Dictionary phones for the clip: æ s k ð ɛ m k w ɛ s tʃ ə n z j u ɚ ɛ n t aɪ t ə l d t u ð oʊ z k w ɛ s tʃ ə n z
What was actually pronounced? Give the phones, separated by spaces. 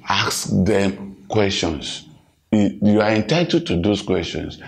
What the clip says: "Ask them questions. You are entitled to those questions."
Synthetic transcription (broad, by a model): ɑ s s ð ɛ m k w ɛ s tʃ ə n s j u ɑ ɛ n t aɪ t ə d t u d oʊ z k w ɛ s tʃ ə n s